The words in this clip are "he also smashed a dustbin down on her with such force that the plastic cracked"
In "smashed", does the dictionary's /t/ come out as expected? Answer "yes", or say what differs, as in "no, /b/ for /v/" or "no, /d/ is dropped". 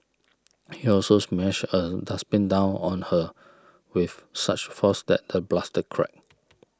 no, /t/ is dropped